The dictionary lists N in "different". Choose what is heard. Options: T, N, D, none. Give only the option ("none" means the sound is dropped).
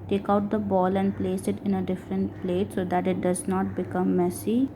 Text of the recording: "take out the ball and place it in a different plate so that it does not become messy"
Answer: N